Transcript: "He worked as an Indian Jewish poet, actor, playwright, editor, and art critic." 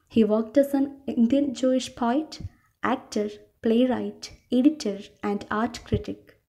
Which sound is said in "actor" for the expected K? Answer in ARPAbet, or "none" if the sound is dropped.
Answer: K